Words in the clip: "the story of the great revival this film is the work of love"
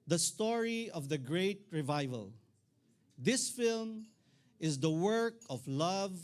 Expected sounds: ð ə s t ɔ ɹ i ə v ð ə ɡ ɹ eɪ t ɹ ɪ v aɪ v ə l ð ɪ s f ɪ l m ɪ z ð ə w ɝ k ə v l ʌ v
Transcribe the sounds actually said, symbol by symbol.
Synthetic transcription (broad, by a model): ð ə s t ɔ ɹ i ə v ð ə ɡ ɹ eɪ t ɹ ɪ v aɪ v ə l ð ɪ s f ɪ l m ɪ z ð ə w ɝ k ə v l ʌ v